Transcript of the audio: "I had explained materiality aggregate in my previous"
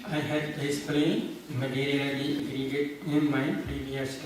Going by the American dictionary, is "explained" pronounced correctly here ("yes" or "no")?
no